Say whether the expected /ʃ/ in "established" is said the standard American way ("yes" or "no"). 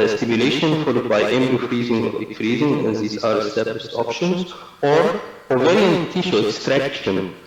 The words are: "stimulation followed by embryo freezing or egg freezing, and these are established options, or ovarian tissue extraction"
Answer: no